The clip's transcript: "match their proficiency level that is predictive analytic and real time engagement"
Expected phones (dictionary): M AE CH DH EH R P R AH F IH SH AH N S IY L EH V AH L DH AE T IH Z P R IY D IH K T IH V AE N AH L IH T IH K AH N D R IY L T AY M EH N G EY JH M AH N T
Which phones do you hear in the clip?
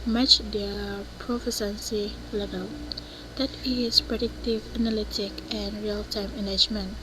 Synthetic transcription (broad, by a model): M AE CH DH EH P R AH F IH S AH N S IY L EH V AH L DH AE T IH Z P R IY D IH K T IH V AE N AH L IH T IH K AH N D R IY L T AY M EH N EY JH M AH N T